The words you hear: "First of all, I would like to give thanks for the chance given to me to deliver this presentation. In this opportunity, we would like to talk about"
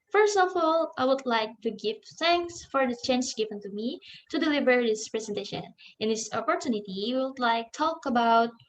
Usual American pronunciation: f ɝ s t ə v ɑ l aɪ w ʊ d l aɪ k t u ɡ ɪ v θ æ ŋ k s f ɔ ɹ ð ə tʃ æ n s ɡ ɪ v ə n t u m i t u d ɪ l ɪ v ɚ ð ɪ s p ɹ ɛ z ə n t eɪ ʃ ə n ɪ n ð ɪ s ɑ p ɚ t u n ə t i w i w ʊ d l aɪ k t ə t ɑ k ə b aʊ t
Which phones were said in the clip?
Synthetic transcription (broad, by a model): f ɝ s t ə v ɑ l aɪ w ʊ d l aɪ k t u ɡ ɪ v θ æ ŋ k s f ɔ ɹ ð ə tʃ æ n s ɡ ɪ v ə n t u m i t u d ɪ l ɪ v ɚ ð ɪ s p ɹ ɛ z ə n t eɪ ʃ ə n ɪ n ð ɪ s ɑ p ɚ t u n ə t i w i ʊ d l aɪ k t t ɑ k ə b aʊ t